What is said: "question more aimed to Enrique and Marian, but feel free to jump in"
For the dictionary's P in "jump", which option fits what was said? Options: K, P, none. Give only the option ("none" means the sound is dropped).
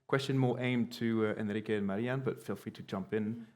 P